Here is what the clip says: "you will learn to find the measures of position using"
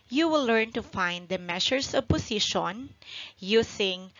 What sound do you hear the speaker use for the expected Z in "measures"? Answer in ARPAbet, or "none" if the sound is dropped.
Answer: S